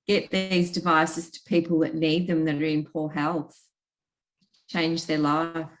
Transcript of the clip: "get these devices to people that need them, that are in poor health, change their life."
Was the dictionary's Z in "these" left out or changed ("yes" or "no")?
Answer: no